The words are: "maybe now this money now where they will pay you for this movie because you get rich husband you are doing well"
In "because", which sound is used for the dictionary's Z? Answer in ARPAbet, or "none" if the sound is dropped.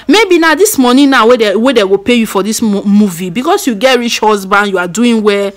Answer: S